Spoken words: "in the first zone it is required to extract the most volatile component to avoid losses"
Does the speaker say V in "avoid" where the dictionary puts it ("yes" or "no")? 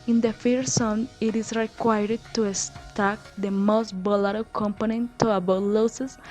no